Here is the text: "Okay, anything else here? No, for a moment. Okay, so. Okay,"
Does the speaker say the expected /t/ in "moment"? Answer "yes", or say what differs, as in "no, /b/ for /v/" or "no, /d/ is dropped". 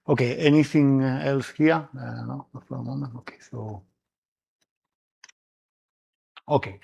no, /t/ is dropped